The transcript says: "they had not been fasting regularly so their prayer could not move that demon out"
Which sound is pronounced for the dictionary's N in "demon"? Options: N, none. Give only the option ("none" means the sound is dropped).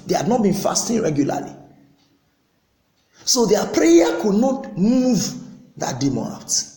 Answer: none